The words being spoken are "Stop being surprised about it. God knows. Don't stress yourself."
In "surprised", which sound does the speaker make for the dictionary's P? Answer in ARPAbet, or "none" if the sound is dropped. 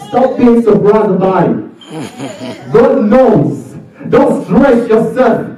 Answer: B